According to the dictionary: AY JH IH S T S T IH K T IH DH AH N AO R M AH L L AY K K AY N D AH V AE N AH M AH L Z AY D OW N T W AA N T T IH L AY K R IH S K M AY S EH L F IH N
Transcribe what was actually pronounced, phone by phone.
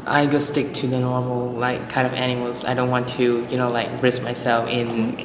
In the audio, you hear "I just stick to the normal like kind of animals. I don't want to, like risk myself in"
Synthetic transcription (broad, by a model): AY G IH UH S T IH K T IH DH AH N AO R M L L AY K K AY N D AH V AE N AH M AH L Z AY D OW N T W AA N T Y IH L AY K R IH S M AY S EH L F IH N